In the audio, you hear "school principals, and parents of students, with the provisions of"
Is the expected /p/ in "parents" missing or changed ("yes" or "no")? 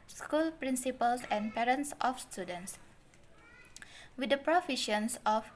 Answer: no